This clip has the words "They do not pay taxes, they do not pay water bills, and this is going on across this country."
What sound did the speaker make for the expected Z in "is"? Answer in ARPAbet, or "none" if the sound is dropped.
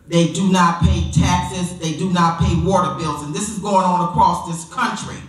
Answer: Z